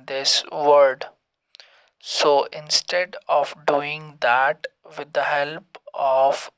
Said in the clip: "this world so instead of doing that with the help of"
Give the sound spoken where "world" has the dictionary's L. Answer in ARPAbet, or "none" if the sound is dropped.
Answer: none